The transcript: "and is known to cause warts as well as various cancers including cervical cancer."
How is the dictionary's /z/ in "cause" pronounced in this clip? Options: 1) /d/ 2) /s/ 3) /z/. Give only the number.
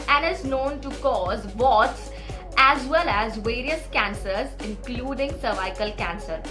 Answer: 3